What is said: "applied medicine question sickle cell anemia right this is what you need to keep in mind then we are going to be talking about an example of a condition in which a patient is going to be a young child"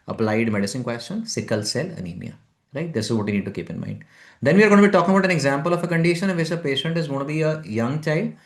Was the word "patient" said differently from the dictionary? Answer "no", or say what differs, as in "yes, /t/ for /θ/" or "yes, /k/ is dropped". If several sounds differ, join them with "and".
no